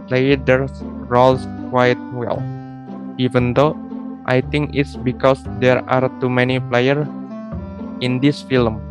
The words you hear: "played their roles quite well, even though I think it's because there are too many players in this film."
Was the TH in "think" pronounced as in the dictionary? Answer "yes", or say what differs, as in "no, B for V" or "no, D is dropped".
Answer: no, T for TH